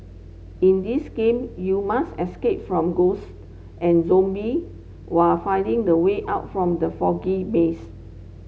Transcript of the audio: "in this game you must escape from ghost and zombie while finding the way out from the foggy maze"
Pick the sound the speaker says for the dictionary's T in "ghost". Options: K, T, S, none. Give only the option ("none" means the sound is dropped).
T